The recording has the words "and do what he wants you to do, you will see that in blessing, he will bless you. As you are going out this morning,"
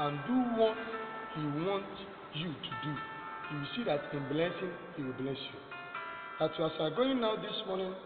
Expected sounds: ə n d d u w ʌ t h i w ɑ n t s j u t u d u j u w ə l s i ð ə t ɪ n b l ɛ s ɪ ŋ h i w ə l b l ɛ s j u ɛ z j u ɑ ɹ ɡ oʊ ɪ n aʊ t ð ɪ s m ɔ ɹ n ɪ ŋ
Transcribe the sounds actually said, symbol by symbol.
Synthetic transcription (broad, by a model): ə n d d u w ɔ t h i w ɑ n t j u t u d u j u w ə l s i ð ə t ɪ n b l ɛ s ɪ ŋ h i w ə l b l ɛ s j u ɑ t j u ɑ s ɡ oʊ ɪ n aʊ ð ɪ s m ɔ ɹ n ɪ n